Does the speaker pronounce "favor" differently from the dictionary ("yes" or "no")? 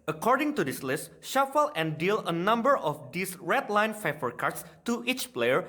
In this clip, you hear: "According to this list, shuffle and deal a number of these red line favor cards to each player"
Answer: yes